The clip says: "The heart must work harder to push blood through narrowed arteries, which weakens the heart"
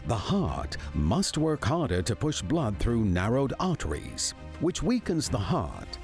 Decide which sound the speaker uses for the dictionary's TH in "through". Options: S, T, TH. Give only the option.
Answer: TH